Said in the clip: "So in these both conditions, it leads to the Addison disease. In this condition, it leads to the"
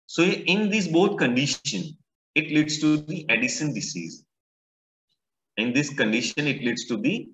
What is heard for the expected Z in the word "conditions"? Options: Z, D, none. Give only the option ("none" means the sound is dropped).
none